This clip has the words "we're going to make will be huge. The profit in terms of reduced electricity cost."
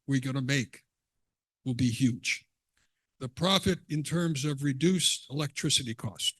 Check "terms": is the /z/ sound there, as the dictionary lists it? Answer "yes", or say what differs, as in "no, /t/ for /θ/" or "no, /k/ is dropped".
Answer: yes